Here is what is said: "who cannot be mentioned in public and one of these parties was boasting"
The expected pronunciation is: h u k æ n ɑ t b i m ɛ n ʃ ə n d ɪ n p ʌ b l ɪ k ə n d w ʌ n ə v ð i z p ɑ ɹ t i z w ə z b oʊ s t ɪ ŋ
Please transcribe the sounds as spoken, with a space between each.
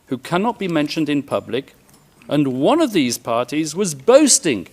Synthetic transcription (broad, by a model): h u k æ n ɑ t b i m ɛ n ʃ ə n d ɪ n p ʌ b l ɪ k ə n w ʌ n ə v ð i z p ɑ ɹ t i z w ə z b oʊ s t ɪ ŋ